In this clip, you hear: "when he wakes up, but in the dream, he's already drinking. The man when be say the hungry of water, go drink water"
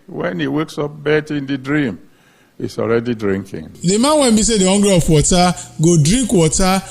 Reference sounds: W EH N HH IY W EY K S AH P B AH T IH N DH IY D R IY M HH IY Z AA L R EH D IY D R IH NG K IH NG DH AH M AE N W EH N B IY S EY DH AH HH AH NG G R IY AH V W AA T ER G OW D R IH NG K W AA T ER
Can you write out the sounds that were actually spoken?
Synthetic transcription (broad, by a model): W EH N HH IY W EY K S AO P B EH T IH N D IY D R IY M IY S AA L R EH D IY D R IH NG K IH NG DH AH M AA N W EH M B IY S EY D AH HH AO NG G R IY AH P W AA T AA G OW D R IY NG K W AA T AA